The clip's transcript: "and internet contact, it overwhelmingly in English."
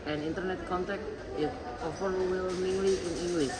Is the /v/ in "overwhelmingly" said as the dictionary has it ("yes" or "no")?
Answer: no